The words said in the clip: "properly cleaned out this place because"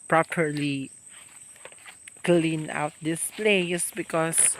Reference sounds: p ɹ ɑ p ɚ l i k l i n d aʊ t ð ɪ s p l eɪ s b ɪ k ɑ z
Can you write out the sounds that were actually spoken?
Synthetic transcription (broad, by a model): p ɹ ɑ p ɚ l i k l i n aʊ t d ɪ s p l eɪ s b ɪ k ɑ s